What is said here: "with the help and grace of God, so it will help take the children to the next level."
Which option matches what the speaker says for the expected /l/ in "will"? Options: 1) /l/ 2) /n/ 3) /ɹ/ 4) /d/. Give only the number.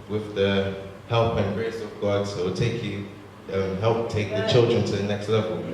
2